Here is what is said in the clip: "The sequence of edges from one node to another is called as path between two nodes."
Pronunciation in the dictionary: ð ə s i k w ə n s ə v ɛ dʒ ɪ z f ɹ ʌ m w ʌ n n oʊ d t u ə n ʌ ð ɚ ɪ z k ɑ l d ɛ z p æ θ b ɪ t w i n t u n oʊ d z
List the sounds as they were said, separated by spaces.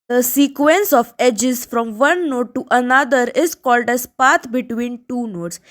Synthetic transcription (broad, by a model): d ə s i k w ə n s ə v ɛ dʒ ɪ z f ɹ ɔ m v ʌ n n oʊ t u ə n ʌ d ɚ ɪ z k ɑ l d ɛ z p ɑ t b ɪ t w i n t u n oʊ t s